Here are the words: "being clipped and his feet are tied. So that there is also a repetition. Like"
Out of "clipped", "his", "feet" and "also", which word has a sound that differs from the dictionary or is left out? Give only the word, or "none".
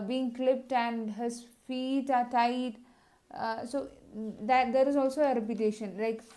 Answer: none